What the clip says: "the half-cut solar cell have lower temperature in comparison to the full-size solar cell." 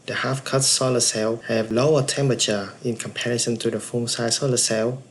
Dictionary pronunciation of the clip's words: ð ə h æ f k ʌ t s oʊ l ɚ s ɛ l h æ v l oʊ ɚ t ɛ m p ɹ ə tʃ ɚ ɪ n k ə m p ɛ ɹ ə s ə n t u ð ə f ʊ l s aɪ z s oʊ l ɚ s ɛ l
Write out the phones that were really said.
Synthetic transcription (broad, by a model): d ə h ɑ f k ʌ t s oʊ l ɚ s ɛ l h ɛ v l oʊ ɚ t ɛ m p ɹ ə tʃ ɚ ɪ n k ə m p ɛ ɹ ə s ə n t u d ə f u n s aɪ s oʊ l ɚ s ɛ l